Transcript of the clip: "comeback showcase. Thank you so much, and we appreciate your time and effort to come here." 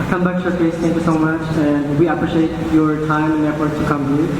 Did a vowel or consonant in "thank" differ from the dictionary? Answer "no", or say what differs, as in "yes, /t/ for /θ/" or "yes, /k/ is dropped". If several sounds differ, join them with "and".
yes, /t/ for /θ/